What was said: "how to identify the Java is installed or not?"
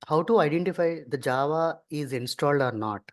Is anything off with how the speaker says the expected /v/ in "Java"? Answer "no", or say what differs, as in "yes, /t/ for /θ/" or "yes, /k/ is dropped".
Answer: no